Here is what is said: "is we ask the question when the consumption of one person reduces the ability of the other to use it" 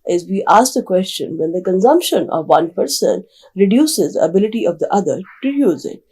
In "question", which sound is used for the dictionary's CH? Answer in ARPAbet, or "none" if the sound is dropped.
CH